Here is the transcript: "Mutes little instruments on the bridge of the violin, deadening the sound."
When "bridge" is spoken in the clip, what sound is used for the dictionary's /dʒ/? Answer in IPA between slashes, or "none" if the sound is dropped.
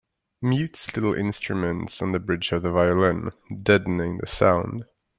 /dʒ/